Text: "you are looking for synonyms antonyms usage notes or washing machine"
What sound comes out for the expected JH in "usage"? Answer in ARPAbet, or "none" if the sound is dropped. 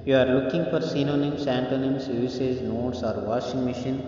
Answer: Z